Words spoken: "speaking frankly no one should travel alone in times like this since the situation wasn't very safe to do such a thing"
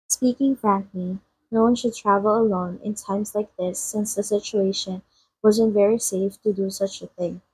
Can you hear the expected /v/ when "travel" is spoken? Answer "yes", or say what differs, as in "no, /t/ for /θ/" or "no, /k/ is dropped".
yes